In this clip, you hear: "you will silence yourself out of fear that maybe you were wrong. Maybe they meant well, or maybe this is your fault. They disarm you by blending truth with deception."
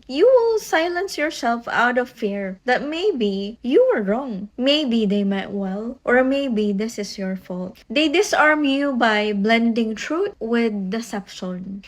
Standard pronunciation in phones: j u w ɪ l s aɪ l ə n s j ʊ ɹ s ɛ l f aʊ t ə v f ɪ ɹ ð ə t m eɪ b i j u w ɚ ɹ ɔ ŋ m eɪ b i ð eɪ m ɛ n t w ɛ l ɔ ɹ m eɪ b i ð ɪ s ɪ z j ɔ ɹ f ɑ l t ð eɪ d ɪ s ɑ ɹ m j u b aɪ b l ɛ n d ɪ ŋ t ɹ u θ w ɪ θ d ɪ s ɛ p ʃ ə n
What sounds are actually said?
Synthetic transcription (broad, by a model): j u w ɪ l s aɪ l ə n s j ʊ ɹ s ɛ l f aʊ t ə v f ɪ ɹ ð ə t m eɪ b i j u w ɚ ɹ ɔ ŋ m eɪ b i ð eɪ m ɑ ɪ t w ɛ l ɔ ɹ m eɪ b i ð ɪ s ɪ s j ɔ ɹ f ɑ l t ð eɪ d ɪ s ɑ ɹ m j u b aɪ b l ɛ n d ɪ ŋ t ɹ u t w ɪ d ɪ s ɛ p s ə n